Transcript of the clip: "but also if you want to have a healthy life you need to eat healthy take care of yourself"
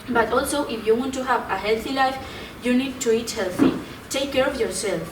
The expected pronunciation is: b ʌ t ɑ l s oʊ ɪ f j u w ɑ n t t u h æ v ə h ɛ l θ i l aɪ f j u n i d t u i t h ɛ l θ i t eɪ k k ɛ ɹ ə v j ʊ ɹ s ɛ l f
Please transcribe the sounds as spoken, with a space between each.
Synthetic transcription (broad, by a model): b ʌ t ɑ l s oʊ ɪ f j u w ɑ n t t u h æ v ə h ɛ l θ i l aɪ f j u n i d t u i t h ɛ l θ i t eɪ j k ɛ ɹ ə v j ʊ ɹ s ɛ l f